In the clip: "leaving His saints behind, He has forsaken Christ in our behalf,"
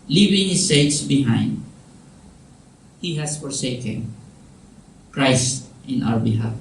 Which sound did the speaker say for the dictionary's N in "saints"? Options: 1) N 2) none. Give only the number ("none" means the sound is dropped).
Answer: 2